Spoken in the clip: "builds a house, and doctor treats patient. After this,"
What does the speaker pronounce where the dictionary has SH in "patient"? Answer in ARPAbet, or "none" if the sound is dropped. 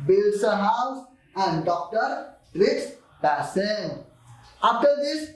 S